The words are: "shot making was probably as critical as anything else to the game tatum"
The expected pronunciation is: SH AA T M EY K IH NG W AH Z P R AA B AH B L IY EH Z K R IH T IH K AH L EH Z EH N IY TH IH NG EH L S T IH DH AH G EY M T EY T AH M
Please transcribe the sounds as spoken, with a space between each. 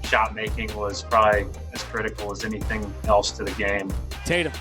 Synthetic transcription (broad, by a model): SH AA T M EY K IH NG W AH Z P R AA B AH B L IY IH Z K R IH T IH K L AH Z EH N IY TH IH NG EH L S T IH DH AH G EY M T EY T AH